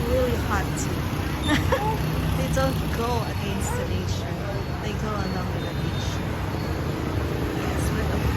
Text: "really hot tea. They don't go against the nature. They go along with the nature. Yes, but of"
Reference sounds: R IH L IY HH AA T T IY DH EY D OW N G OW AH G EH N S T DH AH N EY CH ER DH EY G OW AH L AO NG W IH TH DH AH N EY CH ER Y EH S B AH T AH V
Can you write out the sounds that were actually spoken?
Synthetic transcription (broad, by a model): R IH L IY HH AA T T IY DH EY D OW N G OW AH G EH N S T DH AH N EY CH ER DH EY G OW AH N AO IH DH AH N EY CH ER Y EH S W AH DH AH